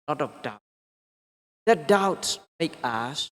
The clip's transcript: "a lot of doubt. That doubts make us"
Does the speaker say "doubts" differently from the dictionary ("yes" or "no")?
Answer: no